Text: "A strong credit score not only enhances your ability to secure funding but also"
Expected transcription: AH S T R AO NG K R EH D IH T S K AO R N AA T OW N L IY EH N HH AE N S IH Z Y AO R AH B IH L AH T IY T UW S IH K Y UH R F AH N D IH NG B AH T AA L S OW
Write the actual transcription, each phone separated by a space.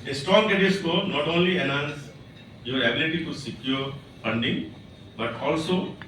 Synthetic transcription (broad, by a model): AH S T R AO NG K EH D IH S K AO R N AA T OW N L IY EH N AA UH N S Y AO R AH B IH L AH T IY T UW S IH K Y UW R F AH N D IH NG B AH T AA L S OW